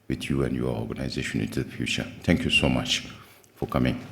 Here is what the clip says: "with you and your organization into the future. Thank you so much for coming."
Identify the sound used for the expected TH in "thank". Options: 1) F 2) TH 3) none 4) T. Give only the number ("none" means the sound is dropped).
4